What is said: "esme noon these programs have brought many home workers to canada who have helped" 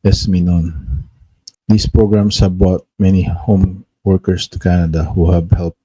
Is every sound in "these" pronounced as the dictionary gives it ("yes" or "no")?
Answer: no